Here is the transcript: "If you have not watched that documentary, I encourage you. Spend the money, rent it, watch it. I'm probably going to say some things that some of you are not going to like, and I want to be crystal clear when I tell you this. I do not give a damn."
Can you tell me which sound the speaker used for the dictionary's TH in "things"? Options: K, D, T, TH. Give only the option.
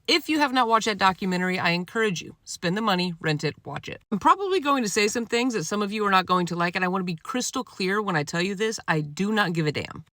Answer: TH